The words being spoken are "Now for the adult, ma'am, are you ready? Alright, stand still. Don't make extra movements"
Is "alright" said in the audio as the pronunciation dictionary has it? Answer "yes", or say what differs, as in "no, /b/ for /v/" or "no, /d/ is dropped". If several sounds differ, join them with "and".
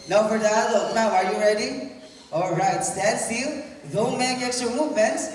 yes